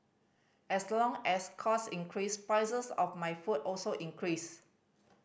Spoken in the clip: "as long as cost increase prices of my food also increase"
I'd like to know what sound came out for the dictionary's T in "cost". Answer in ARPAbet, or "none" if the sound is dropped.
none